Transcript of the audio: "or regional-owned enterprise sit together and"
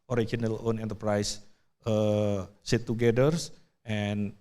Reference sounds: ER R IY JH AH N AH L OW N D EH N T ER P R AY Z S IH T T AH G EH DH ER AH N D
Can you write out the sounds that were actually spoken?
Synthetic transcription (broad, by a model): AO R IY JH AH N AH L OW N EH N T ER P R AY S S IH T T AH G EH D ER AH N